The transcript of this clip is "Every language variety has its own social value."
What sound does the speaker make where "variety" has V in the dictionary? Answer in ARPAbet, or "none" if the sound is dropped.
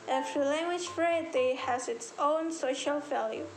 F